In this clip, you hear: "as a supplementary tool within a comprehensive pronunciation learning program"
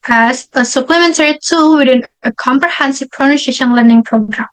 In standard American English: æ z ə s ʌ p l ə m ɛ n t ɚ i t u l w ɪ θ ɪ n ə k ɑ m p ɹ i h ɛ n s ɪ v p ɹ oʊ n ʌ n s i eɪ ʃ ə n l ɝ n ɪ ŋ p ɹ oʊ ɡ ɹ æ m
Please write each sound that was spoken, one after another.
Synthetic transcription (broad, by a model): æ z ə s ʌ p l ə m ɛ n t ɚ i t u l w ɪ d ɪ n ə k ɑ m p ɹ i h ɛ n s ɪ v p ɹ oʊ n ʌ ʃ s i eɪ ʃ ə n l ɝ n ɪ ŋ p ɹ oʊ ɡ ɹ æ m